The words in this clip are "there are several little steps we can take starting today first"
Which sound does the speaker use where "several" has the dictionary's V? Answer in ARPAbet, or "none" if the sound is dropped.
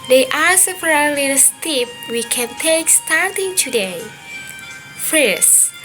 P